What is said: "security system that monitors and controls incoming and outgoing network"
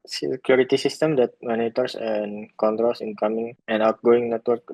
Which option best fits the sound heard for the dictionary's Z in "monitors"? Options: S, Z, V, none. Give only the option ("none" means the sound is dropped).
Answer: S